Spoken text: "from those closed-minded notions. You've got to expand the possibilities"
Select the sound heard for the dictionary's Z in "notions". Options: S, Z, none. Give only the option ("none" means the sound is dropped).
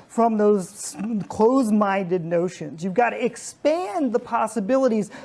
Z